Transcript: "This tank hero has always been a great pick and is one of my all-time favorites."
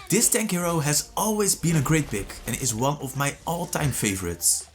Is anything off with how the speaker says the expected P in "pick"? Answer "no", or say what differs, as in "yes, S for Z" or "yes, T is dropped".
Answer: yes, B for P